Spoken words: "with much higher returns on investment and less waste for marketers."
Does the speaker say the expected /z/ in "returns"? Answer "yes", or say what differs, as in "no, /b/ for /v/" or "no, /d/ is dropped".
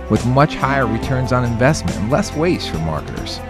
yes